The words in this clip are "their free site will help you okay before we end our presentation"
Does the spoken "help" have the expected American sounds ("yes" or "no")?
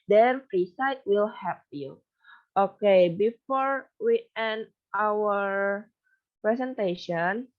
no